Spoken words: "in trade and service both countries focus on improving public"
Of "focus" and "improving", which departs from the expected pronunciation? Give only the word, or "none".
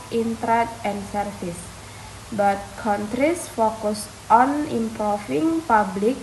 improving